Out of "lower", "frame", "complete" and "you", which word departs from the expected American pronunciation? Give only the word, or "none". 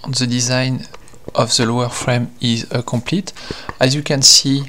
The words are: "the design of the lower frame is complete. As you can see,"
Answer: none